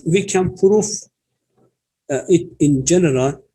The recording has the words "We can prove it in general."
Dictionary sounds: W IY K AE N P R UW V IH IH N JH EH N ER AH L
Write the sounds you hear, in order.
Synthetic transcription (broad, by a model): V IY K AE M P R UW F IH IH N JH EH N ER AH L